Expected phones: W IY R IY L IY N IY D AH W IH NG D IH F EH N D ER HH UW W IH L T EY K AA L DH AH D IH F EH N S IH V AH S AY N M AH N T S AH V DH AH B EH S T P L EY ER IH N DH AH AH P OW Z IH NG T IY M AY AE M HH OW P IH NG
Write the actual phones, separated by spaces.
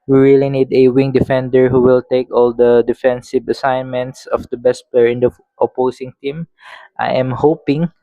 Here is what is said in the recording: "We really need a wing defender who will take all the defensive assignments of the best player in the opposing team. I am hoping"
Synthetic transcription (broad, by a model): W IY R IY L IY N IY D AH W IH NG D IH F EH N D ER HH UW W IH L T EY K AA L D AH D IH F EH N S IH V AH S AY N M AH N T S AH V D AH B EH S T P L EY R IH N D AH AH P OW S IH NG T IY M AY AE M HH OW P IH NG